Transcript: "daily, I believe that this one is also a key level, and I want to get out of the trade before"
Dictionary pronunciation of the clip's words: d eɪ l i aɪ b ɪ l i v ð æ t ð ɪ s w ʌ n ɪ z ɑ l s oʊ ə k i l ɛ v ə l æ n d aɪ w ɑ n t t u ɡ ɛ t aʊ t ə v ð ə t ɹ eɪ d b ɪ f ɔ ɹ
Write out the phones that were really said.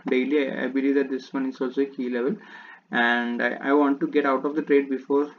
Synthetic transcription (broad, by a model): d eɪ l i aɪ b ɪ l i v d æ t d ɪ s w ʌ n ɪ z ɑ l s oʊ ə k i l ɛ v ə l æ n d aɪ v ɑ n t t u ɡ ɛ t aʊ t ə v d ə t ɹ eɪ d b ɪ f ɔ ɹ